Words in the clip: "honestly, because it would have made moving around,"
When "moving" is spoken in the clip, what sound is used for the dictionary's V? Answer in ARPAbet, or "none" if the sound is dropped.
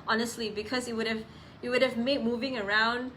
V